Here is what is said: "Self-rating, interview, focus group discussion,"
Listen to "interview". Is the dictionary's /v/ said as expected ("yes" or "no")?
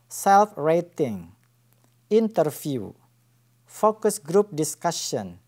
no